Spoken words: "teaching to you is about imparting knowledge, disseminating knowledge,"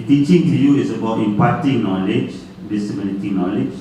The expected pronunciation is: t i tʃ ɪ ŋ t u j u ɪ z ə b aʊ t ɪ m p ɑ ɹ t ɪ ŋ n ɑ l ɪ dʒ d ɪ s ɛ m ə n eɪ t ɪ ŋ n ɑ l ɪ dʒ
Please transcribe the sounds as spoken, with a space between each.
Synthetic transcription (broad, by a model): t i tʃ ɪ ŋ t u j u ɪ s ə b aʊ t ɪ m p ɑ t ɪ ŋ n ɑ l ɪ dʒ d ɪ s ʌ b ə l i t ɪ n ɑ l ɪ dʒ